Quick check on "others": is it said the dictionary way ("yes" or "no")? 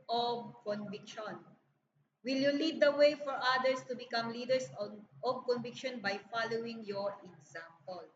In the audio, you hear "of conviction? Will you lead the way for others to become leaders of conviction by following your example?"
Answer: no